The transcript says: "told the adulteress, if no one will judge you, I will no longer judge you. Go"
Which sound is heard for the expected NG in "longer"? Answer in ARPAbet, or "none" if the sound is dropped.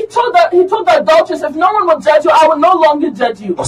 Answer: NG